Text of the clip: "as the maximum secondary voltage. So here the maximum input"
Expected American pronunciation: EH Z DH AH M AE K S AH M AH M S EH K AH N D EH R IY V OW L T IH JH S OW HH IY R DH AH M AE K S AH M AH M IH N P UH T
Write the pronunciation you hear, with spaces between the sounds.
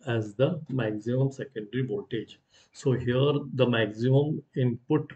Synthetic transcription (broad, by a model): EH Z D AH M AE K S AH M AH M S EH K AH N D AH R IY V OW T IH JH S OW HH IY R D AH M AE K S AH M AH M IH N P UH T